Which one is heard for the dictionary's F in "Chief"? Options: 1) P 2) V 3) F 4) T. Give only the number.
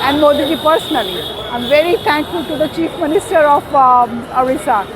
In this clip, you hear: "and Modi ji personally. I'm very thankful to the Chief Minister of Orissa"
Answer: 3